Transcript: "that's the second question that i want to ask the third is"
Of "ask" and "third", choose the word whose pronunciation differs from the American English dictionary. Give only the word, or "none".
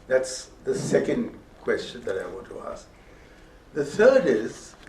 none